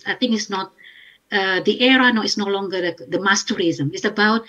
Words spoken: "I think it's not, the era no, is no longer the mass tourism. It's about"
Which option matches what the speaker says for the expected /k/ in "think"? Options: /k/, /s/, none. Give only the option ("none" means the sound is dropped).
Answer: none